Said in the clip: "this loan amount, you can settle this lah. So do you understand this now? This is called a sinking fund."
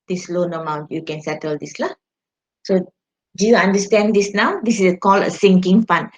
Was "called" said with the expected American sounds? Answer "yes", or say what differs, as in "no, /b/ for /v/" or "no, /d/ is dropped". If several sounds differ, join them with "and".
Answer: no, /d/ is dropped